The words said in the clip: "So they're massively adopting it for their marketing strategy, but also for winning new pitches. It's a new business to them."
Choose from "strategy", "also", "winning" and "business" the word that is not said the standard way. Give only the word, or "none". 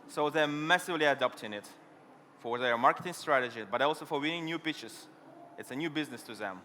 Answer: none